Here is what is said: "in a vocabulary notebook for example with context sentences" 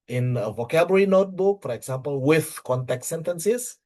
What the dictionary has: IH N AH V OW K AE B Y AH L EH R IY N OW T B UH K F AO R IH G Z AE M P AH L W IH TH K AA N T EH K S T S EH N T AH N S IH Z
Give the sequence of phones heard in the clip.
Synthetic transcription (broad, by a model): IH N AH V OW K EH B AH R IY N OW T B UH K F AO R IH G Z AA M P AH L W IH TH K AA N T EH K T S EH N T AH N S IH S